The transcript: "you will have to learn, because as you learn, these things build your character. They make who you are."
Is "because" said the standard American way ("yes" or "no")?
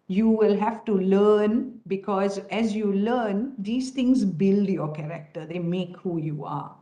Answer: yes